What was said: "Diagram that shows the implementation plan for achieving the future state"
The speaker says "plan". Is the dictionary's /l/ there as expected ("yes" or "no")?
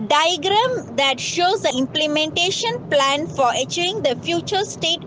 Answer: yes